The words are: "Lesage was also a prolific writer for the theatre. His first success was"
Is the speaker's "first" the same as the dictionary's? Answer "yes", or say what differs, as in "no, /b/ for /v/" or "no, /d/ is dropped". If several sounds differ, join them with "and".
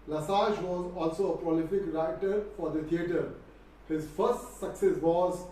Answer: yes